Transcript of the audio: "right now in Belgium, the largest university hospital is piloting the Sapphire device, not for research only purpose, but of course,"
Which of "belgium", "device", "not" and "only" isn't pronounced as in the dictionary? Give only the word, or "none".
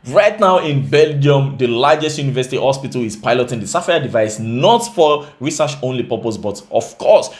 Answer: none